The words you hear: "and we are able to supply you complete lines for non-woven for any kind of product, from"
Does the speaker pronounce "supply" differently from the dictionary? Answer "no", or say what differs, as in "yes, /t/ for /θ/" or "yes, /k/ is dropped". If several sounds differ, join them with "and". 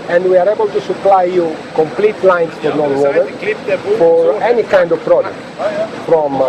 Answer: no